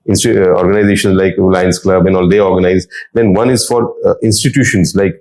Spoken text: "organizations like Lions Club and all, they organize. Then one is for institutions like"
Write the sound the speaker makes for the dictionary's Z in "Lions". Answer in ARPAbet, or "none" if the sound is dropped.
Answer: S